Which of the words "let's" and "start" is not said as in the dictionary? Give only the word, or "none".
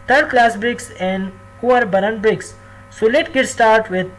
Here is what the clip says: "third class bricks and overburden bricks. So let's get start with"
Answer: let's